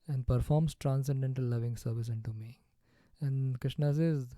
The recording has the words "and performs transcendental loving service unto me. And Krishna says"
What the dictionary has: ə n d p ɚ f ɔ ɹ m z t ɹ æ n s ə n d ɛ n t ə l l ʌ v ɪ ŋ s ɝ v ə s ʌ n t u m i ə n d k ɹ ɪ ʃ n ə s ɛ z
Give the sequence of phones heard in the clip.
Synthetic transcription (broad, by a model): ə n d p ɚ f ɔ ɹ m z t ɹ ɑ n s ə n d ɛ n t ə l l ʌ v ɪ ŋ s ɝ v ə s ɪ n t u m i ə n d k ɹ ɪ ʃ n ə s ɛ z